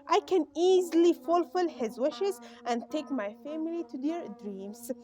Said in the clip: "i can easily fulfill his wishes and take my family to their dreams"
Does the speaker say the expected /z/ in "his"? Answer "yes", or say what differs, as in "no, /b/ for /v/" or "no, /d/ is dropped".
yes